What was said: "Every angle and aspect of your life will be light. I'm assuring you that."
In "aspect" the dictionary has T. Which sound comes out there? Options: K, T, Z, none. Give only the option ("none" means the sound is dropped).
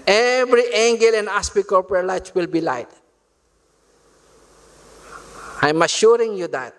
none